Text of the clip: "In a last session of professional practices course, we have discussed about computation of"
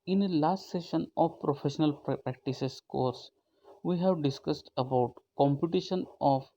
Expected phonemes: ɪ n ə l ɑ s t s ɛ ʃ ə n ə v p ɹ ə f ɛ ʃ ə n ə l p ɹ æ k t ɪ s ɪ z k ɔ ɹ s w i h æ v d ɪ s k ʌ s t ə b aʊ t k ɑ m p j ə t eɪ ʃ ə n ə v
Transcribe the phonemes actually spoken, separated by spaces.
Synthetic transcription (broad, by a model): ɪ n ə l ɑ s t s ɛ ʃ ə n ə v p ɹ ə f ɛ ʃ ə n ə l p ɹ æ k t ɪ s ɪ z k ɔ ɹ s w i h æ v d ɪ s k ʌ s t ə b aʊ t k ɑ m p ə t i ʃ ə n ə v